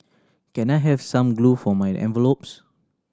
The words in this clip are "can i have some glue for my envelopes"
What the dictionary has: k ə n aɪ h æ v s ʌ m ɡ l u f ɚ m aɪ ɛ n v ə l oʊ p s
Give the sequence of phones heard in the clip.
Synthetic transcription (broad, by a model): k ə n aɪ h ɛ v s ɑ m ɡ l u f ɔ m aɪ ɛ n v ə l oʊ p s